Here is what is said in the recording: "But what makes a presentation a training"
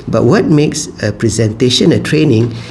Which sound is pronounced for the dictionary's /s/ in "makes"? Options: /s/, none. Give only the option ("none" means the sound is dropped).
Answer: /s/